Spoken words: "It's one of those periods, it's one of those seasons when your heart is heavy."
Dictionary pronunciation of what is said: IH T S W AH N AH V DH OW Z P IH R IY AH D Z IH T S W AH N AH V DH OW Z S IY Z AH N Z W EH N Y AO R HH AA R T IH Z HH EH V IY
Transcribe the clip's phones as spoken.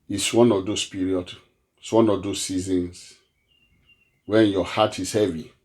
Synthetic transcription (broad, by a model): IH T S W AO N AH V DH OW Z P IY R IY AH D IH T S W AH N AH V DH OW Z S IY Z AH N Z W EH N Y AO HH AA T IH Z HH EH V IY